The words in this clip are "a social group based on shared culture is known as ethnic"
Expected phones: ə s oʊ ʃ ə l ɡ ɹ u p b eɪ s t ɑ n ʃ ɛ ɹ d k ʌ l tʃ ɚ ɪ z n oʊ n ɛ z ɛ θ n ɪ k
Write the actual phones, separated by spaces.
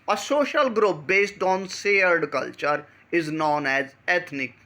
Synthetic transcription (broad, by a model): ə s oʊ ʃ ə l ɡ ɹ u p b eɪ s t ɑ n s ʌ ɹ d k ʌ l tʃ ɚ ɪ z n oʊ n ɛ z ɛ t n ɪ k